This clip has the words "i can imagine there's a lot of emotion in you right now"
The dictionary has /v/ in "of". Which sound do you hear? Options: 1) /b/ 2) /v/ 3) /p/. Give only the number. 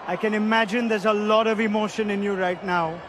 2